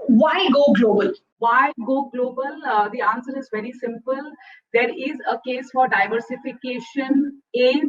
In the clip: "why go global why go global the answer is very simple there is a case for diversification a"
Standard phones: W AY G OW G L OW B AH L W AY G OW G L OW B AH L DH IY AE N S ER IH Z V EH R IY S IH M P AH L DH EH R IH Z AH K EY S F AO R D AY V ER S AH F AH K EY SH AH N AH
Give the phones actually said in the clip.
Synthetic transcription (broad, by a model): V AY G OW G L OW B AH L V AY G OW G L OW B AH L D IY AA N S ER IH Z V EH R IY S IH M P AH L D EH R IH Z AH K EY S F AO R D AY V ER S AH F AH K EY SH AH N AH